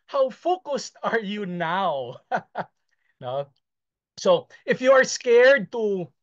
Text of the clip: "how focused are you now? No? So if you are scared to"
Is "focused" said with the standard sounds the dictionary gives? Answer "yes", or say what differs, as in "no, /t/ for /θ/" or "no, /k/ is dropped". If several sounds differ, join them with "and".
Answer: yes